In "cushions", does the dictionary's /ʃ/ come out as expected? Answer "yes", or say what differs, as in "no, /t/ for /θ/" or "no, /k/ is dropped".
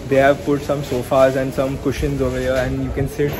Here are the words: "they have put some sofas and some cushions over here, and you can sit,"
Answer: yes